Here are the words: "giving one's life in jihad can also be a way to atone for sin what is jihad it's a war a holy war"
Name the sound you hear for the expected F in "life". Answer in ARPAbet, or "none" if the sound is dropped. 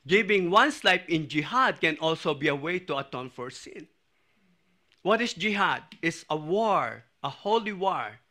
P